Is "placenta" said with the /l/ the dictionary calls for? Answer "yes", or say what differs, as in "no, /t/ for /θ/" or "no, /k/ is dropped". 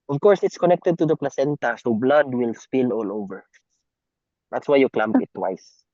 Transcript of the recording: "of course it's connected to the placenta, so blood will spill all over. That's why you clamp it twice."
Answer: yes